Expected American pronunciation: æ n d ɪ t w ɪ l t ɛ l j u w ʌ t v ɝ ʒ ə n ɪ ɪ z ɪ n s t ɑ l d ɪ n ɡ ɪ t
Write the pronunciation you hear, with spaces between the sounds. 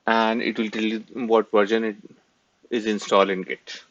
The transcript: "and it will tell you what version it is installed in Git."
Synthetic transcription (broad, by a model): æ n d ɪ t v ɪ l t ɛ l j u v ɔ t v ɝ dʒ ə n ɪ ɪ z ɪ n s t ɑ l ɪ n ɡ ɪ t